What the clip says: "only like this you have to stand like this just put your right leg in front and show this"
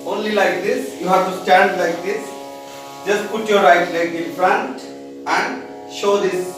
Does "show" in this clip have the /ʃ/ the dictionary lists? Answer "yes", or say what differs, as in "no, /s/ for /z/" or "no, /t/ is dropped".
yes